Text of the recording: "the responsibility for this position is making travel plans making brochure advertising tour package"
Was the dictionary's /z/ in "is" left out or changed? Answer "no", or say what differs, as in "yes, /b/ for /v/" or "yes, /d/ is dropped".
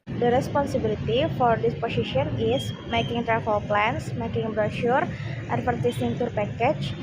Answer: yes, /s/ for /z/